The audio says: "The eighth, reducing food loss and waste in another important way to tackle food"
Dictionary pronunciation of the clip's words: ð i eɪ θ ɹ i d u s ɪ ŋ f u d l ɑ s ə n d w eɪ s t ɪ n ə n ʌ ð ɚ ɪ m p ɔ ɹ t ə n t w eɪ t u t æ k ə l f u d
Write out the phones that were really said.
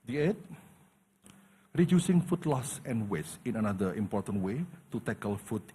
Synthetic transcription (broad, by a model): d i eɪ t ɹ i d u s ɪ ŋ f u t l ɑ s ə n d w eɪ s ɪ n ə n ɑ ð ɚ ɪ m p ɔ ɹ t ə n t w eɪ t u t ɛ k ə l f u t